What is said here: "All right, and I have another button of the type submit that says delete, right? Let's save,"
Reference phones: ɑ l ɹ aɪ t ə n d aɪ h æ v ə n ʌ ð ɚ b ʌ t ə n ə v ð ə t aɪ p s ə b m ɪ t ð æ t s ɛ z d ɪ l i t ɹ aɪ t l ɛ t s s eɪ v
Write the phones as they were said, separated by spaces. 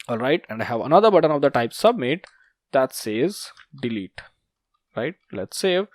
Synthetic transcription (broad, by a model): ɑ l ɹ aɪ t ə n d aɪ h æ v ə n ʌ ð ɚ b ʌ t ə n ə v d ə t aɪ p s ə b m ɪ t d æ t s ɛ z d ɪ l i t ɹ aɪ t l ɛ t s s eɪ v